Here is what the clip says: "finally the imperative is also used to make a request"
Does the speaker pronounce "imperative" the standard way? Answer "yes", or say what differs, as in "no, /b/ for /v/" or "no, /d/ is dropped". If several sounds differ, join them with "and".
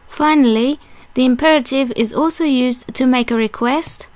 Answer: yes